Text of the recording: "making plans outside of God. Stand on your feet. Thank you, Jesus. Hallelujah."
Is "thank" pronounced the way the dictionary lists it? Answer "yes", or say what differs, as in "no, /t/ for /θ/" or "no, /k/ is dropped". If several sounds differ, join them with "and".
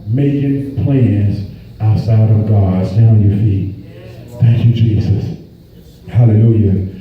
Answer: yes